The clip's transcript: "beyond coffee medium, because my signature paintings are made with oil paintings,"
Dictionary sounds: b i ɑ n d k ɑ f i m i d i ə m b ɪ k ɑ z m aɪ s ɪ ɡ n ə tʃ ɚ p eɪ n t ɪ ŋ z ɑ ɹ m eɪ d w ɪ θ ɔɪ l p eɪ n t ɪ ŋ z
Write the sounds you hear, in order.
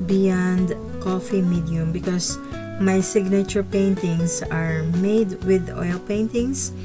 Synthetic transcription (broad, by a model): b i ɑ n d k ɑ f i m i d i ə m b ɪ k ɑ s m aɪ s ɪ ɡ n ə tʃ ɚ p eɪ n t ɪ ŋ s ɑ ɹ m eɪ d w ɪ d ɔɪ l p eɪ n t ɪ ŋ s